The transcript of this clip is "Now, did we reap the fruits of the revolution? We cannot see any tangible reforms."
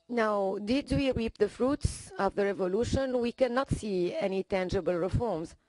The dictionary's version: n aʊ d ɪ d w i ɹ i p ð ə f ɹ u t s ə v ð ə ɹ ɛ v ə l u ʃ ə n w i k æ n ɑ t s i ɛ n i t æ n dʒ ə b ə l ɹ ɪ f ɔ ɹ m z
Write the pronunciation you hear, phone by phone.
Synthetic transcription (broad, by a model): n aʊ d ɪ d w i ɹ i p ð ə f ɹ u t s ə v ð ə ɹ ɛ v ə l u ʃ ə n w i k æ n ɑ t s i ɛ n i t æ n dʒ ə b ə l ɹ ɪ f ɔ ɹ m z